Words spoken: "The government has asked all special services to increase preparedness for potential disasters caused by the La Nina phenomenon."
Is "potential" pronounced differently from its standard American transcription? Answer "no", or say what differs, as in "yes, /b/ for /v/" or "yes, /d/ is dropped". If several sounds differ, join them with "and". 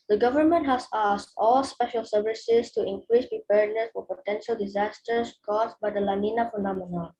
no